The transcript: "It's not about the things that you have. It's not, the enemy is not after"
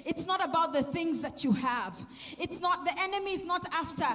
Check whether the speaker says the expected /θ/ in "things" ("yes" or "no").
yes